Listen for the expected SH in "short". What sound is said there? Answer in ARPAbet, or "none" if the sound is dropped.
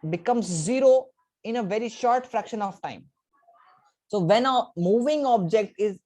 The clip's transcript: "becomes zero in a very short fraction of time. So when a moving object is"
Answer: SH